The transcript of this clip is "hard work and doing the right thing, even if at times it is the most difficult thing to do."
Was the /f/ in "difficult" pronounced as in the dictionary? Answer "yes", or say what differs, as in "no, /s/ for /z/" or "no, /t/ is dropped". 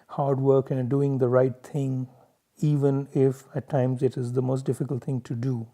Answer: yes